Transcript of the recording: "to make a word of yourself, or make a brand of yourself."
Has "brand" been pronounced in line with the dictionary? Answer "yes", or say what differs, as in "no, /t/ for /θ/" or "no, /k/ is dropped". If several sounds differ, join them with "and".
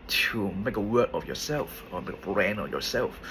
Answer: no, /d/ is dropped